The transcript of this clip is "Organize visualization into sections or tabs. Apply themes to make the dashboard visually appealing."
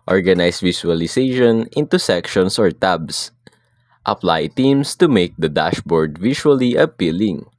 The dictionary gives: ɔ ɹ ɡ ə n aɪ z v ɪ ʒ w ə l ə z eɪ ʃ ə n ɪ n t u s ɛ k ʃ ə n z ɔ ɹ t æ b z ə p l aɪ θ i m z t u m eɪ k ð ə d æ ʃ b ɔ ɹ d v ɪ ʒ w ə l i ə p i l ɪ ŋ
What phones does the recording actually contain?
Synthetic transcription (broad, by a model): ɔ ɹ ɡ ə n aɪ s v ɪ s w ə l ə s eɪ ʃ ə n ɪ n t u s ɛ k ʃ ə n s ɔ ɹ t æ b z ə p l aɪ t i m s t u m eɪ k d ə d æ ʃ b ɔ ɹ d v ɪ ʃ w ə l i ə p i l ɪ ŋ